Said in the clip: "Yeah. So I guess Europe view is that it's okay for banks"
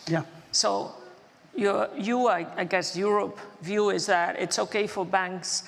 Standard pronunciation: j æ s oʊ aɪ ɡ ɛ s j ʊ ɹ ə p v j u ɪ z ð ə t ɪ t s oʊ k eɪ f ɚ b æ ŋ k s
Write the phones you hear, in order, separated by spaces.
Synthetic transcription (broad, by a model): j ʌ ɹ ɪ aɪ ɡ ɛ s j ʊ ɹ ə p v j u ɪ z ð ə t ɪ t s oʊ k eɪ f ɚ b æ ŋ k s